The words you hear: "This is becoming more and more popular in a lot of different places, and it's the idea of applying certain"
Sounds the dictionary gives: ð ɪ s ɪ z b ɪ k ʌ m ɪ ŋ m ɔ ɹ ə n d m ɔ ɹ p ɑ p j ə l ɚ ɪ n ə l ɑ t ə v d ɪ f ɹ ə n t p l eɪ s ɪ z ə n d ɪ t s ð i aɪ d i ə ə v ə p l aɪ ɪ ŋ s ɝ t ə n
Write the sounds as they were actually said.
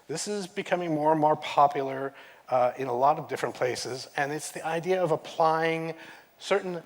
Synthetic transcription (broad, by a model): ð ɪ s ɪ z b ɪ k ʌ m ɪ ŋ m ɔ ɹ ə n m ɔ ɹ p ɑ p j l ɚ ɪ n ə l ɑ t ə v d ɪ f ɹ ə n p l eɪ s ɪ z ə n ɪ t s ð i aɪ d i ə ə v ə p l aɪ ɪ ŋ s ɝ t n